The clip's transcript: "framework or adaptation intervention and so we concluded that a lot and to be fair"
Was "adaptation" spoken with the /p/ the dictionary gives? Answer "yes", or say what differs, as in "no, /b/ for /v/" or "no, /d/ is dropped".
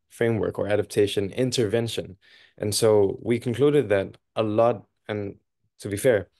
yes